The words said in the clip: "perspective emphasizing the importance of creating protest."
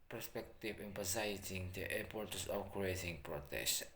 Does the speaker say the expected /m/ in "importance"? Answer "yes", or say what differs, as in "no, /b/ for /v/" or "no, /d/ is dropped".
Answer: no, /m/ is dropped